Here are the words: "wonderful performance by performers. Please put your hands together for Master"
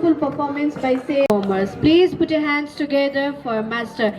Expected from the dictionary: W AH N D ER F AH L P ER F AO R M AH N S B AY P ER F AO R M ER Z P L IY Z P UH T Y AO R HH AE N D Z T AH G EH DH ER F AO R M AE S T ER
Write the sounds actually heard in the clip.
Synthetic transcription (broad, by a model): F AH L P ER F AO R M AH N S B AY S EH AO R M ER S P L IY Z P UH T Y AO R HH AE N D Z T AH G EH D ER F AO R M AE S T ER